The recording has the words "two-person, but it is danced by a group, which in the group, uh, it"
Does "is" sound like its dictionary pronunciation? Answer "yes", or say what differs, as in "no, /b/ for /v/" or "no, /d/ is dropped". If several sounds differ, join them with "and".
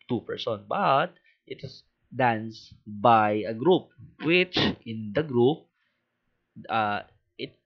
no, /s/ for /z/